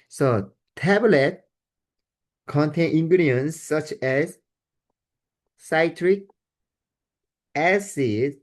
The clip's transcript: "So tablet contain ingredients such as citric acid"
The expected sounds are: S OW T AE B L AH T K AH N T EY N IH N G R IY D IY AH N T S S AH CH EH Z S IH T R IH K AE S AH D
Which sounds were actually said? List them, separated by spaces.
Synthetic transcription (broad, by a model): S OW T AE B L AH T K AH N T EY N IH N G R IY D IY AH N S S AH CH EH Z S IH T R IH K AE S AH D